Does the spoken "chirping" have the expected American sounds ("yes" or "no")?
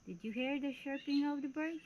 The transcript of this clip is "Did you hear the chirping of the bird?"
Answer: no